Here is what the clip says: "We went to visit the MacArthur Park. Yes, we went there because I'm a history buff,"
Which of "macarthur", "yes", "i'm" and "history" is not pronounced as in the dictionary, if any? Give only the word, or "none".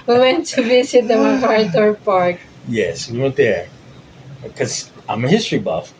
macarthur